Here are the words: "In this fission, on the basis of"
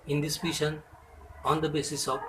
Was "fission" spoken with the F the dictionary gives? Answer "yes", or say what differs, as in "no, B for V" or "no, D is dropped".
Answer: no, P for F